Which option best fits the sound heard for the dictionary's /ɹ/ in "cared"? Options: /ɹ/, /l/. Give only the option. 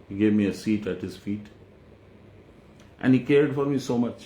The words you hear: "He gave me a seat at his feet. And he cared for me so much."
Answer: /ɹ/